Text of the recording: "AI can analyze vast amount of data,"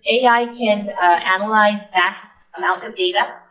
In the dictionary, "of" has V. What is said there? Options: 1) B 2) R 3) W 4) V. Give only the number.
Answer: 4